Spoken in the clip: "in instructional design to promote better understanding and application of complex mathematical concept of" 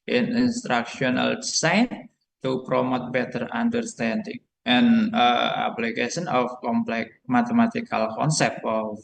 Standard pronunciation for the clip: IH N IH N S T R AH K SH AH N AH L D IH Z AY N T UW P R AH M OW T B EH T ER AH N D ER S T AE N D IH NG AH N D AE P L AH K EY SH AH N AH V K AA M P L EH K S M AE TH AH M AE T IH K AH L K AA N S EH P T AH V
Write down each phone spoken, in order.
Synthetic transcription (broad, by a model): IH N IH N S T R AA K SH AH N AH L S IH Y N T UW P R AH M OW T B EH T ER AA N D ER S T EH N D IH NG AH N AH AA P L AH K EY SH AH N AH F K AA M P L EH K M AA T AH M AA T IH K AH L K AA N S EH P T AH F